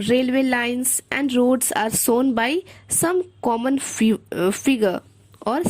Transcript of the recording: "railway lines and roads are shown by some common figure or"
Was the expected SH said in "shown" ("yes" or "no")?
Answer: no